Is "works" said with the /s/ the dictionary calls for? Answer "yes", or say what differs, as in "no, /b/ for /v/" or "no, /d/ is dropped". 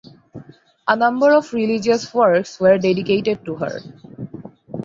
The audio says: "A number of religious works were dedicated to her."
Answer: yes